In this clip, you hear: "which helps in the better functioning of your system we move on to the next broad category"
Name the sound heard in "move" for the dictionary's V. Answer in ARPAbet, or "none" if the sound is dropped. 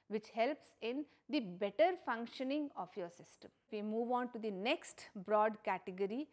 V